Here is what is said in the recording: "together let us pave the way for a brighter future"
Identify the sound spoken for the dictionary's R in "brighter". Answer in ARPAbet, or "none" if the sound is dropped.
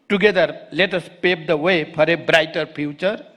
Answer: R